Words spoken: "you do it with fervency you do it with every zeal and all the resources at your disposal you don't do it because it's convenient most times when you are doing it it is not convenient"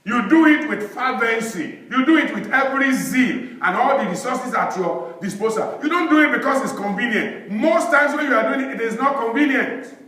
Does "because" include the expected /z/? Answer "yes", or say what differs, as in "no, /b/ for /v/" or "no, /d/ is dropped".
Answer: no, /s/ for /z/